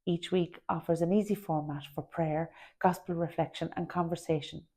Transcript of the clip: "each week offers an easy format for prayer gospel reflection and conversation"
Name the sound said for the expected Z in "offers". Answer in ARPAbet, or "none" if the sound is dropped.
Z